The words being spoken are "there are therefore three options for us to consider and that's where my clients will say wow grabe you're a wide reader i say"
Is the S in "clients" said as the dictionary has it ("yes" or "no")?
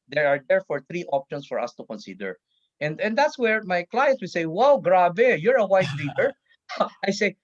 no